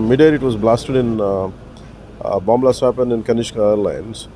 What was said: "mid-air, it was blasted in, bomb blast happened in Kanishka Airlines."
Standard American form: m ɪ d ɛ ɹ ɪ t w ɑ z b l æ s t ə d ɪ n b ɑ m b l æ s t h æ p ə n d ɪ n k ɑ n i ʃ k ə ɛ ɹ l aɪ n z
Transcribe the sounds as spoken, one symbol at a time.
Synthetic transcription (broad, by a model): m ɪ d ɛ ɹ ɪ t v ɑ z b l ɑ s t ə d ɪ n b ɑ m b l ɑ s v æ p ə n ɪ n k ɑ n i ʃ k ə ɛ ɹ l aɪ n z